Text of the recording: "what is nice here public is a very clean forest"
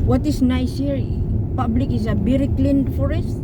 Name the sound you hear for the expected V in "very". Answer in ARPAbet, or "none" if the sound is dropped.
B